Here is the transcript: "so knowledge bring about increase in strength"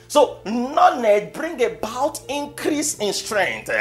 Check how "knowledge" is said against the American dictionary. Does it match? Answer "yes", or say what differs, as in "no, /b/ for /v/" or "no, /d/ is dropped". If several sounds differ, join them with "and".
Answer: no, /n/ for /l/